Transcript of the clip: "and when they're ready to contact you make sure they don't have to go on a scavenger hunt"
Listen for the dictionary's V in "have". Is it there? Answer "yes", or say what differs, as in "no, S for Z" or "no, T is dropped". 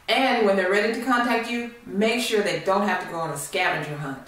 no, F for V